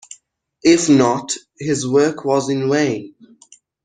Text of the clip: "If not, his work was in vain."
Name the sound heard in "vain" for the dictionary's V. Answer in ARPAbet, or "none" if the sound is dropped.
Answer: W